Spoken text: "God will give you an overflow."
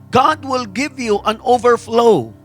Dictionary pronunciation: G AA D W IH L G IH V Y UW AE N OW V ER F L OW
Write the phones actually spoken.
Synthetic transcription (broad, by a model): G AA D W IH L G IH V Y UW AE N OW V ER F L OW